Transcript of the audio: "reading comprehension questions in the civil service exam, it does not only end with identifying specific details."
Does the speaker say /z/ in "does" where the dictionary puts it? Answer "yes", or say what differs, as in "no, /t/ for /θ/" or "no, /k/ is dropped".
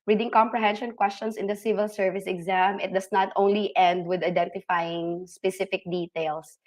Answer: no, /s/ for /z/